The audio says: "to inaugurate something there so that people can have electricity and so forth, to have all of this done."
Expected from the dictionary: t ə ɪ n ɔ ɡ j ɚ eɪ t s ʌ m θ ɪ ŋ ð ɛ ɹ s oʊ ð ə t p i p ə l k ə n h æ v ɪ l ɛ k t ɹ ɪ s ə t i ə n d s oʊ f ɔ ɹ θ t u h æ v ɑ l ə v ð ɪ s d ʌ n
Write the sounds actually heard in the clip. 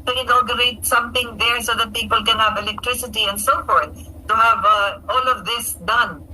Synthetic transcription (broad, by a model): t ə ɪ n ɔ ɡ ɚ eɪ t s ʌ m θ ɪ ŋ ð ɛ ɹ s oʊ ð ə t p i p ə l k ə n h æ v ɪ l ɛ k t ɹ ɪ s ə t i ə n d s oʊ f ɔ ɹ θ t u h æ v ɑ l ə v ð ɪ s d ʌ n